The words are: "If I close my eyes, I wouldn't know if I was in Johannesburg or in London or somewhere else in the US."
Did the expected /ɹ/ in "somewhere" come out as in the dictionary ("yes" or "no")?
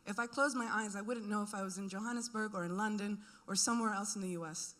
yes